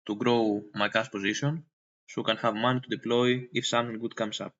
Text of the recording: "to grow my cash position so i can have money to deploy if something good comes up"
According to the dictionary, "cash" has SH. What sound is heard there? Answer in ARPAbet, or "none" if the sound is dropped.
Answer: S